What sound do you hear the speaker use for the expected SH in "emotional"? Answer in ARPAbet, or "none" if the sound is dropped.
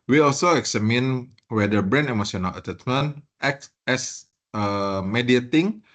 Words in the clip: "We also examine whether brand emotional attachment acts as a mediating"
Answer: S